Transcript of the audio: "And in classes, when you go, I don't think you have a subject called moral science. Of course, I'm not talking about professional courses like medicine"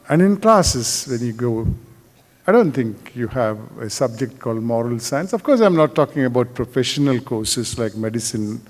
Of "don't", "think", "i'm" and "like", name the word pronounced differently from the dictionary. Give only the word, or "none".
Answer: think